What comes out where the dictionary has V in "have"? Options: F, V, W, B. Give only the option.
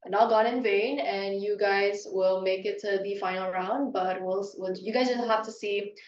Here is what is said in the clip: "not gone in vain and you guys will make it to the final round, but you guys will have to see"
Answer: F